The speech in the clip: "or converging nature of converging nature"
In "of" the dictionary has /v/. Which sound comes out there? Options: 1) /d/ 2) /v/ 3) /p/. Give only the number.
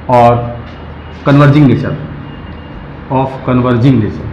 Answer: 3